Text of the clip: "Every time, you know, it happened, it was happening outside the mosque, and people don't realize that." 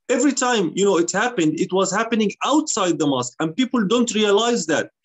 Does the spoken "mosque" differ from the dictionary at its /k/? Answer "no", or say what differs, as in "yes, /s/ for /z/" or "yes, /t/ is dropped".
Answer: no